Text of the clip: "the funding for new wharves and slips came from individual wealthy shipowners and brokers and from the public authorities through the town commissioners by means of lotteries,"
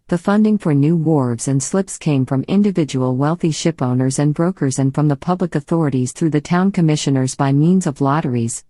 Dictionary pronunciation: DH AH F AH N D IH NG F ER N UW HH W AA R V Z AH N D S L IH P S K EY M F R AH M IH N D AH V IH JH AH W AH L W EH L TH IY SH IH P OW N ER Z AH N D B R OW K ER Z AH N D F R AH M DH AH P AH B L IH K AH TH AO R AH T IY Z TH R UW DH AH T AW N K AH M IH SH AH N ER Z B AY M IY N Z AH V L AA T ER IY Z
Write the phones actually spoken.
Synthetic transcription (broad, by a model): DH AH F AH N D IH NG F ER N UW W AA R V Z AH N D S L IH P S K EY M F R AH M IH N D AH V IH JH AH W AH L W EH L TH IY SH IH P OW N ER Z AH N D B R OW K ER Z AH N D F R AH M DH AH P AH B L IH K AH TH AO R AH T IY Z TH R UW DH AH T AW N K AH M IH SH AH N ER Z B AY M IY N Z AH V L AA T ER IY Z